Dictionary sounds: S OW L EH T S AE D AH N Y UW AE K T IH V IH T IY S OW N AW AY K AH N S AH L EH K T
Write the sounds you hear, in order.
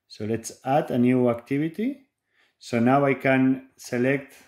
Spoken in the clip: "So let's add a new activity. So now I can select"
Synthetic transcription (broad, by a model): S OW L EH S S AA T AH N Y UW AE K T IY B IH T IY S OW N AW AY K AH N S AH L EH K T